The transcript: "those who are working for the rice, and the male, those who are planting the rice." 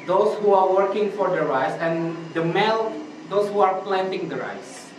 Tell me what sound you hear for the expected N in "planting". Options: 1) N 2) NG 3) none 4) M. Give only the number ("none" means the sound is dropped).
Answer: 1